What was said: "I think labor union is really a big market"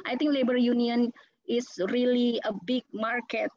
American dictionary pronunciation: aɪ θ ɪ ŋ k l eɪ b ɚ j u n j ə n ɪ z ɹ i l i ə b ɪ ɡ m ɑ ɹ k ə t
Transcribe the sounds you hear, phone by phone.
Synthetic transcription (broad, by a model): aɪ t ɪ ŋ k l eɪ b ɚ j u n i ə n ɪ s ɹ i l i ə b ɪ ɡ m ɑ ɹ k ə t